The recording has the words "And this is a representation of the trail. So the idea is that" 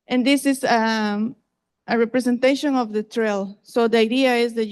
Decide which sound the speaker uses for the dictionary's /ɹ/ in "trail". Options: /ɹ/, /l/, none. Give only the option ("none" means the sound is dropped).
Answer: /ɹ/